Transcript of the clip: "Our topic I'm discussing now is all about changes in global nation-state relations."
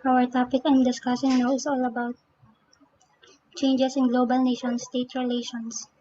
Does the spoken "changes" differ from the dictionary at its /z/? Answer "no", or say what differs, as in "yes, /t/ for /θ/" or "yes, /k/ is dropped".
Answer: yes, /s/ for /z/